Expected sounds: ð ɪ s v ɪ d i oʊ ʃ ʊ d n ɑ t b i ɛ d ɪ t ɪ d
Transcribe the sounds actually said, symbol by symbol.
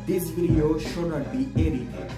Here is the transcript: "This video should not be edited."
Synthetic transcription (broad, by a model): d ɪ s p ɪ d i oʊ ʃ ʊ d n ɑ t b i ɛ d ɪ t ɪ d